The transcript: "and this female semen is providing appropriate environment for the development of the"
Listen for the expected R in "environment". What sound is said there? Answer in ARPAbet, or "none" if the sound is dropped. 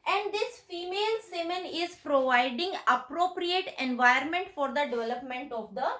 none